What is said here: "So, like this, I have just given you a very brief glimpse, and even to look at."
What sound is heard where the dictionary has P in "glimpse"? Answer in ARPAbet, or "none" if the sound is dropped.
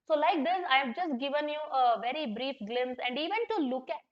none